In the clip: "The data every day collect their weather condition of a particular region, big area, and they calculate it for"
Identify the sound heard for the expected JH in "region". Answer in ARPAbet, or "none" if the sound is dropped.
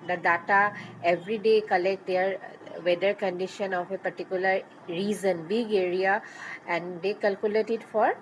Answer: Z